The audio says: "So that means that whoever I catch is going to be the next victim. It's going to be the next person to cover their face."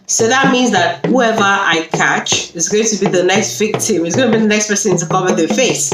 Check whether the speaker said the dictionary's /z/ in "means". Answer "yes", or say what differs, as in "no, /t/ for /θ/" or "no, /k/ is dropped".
yes